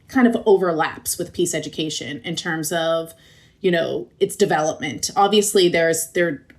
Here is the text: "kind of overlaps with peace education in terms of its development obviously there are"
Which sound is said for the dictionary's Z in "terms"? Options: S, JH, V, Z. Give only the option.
Z